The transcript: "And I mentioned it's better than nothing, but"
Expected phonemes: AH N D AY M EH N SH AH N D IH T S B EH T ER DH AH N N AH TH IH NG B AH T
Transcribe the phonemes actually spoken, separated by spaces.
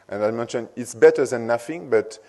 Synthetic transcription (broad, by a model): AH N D AY M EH N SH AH N IH T S B EH T ER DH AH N N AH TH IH NG B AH T